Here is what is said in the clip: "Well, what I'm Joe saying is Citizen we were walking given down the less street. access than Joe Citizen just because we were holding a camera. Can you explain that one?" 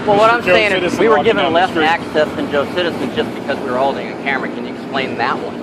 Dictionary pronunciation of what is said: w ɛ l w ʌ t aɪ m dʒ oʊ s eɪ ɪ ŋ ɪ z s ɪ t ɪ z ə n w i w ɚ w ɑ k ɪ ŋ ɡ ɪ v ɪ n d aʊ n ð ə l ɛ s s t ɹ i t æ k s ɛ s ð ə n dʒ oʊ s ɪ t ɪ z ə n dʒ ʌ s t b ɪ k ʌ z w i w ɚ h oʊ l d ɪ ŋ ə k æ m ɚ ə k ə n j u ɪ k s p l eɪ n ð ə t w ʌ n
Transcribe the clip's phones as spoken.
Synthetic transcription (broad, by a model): w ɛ l w ʌ t aɪ m s eɪ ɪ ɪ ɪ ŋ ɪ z w i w w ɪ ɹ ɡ ɪ v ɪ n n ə l ɛ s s æ k s ɛ s ð ə n dʒ oʊ s ɪ t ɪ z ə n dʒ ʌ s b ɪ k ʌ z w i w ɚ h oʊ l d ɪ ŋ ə k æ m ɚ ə k ə n j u ɪ k s p l eɪ n ð ə t w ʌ n